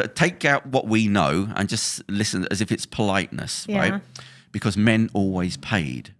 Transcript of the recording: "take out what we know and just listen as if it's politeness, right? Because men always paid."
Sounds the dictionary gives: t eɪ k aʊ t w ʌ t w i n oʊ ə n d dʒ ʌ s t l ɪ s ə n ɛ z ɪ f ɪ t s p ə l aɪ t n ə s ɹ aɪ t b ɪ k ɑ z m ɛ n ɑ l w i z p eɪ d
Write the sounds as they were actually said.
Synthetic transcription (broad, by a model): t eɪ k aʊ t w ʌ t w i n oʊ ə n dʒ ʌ s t l ɪ s ə n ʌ z ɪ f ɪ t s p ə l aɪ t n ə s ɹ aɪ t b ɪ k ɑ z m ɛ n ɑ l w i z p eɪ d